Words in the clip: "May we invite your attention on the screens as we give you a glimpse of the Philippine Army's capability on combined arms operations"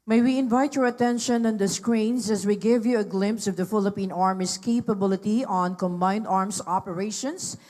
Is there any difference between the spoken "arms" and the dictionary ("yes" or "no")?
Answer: yes